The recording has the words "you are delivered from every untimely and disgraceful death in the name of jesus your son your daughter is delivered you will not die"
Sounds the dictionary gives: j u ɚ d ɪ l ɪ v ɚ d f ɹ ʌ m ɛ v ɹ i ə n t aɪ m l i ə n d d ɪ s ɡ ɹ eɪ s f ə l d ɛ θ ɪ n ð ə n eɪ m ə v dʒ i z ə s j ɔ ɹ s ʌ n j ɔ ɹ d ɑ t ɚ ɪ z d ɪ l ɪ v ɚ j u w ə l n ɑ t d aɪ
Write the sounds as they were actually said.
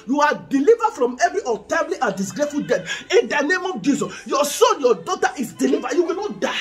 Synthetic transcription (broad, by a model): j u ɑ d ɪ l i v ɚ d f ɹ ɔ m ɛ v ɹ i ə t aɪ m l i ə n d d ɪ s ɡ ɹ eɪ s f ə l d ɛ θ ɪ n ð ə n eɪ m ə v dʒ i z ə s j ɔ s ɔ n j ɔ d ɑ t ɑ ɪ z d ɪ l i v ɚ j u w ə l n ɑ t d aɪ